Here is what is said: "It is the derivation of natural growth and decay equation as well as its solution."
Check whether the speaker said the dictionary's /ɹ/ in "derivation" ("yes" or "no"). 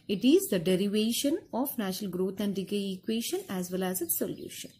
yes